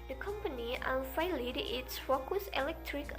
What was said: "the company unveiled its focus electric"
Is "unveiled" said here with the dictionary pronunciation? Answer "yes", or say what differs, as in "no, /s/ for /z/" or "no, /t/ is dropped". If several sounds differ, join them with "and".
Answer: no, /f/ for /v/